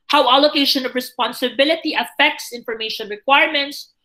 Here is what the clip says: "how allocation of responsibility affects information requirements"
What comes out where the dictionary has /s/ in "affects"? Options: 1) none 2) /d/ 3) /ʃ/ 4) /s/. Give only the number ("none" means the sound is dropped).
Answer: 4